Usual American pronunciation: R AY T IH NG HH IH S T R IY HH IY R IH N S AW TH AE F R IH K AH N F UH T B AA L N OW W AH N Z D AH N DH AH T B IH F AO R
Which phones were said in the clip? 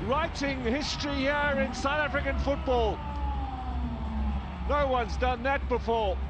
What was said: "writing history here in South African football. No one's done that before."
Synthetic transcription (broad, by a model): R AY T IH NG HH IH S T R IY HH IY R IH N S AW TH AE F R IH K AH N F UH T B AA L N OW W AH N Z D AH N DH AH T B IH F AO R